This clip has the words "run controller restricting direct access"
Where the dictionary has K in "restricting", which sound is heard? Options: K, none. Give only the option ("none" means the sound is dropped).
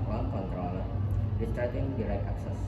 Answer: none